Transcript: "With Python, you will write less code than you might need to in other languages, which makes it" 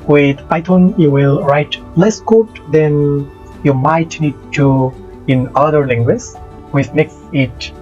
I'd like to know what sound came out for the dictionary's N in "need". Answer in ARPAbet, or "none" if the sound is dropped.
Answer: N